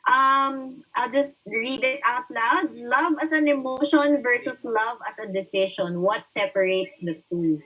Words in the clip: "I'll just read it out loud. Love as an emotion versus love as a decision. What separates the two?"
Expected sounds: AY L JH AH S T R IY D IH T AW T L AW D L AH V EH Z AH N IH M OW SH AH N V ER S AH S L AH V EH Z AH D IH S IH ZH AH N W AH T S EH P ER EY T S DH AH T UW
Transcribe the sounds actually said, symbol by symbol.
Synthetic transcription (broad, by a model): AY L JH AH S T R IY D IH T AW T L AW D L AH V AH S AH N IH M OW SH AH N V ER S AH S L AH V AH S AH D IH S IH SH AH N W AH T S EH P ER EY T S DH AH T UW